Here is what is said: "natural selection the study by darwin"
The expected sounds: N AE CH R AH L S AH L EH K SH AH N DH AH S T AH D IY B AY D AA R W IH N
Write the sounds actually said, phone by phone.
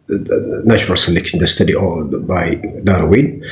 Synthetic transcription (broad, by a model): N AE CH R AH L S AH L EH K AH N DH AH S T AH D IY B AY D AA R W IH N